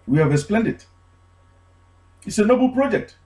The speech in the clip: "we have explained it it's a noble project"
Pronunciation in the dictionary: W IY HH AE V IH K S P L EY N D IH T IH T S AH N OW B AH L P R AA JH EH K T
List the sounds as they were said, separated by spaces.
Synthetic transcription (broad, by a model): W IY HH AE V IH S P L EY N D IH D IH T S AH N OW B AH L P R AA JH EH K T